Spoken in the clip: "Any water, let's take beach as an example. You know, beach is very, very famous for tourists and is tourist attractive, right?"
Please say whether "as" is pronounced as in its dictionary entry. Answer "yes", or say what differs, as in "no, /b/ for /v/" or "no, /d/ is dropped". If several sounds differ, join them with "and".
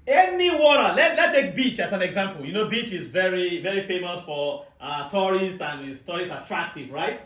no, /s/ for /z/